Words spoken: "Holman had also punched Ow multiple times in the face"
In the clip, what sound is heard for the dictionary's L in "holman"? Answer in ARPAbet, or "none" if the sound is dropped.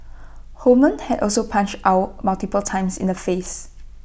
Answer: none